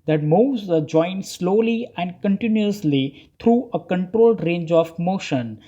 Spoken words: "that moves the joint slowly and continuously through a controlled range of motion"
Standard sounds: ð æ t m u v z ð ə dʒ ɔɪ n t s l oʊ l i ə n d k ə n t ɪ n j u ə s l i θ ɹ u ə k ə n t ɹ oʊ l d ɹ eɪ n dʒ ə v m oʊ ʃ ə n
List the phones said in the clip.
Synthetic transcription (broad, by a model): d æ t m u z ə dʒ ɔɪ n s l oʊ l i ə n d k ə n t ɪ n j u ə s l i t ɹ u ə k ə n t ɹ oʊ l d ɹ eɪ n dʒ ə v m oʊ ʃ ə n